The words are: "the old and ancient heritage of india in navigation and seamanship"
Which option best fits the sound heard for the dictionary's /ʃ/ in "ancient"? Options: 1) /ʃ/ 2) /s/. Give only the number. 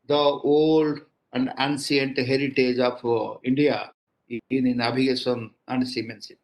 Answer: 2